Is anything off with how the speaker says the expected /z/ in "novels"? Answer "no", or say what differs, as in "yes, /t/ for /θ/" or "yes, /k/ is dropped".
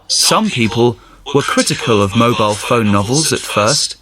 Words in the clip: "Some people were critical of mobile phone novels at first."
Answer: no